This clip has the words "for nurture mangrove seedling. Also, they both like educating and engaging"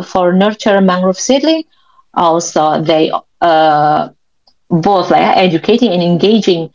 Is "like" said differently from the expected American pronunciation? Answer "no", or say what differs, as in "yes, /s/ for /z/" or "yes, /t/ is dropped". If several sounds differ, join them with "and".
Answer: yes, /k/ is dropped